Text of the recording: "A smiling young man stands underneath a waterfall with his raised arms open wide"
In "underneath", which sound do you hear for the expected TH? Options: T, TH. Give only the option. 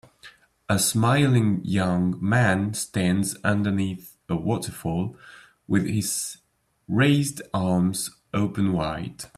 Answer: TH